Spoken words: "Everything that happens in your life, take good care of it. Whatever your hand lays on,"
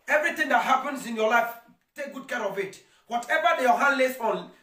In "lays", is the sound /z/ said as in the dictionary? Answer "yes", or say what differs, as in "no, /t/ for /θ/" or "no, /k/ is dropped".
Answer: no, /s/ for /z/